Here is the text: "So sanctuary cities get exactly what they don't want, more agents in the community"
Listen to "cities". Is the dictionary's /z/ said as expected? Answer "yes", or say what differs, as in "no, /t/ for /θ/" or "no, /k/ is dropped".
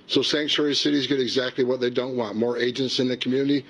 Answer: yes